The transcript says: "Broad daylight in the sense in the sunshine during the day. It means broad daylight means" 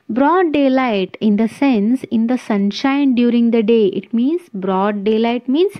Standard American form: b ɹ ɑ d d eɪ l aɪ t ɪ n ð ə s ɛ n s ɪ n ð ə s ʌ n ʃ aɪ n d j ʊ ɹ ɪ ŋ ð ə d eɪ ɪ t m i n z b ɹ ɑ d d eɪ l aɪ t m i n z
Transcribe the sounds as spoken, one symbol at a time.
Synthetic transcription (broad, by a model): b ɹ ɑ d d eɪ l aɪ t ɪ n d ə s ɛ n s ɪ n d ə s ʌ n ʃ aɪ n d j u ɹ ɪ ŋ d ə d eɪ ɪ t m i n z b ɹ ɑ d d eɪ l aɪ t m i n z